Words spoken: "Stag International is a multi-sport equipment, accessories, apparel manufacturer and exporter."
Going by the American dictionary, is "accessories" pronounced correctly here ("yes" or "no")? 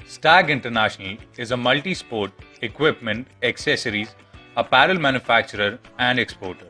yes